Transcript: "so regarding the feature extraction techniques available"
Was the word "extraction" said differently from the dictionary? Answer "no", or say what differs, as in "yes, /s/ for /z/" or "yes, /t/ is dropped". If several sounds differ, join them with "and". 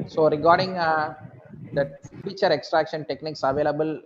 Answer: no